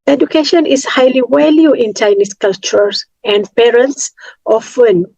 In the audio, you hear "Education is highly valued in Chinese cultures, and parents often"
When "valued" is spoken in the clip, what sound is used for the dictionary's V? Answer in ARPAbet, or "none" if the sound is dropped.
W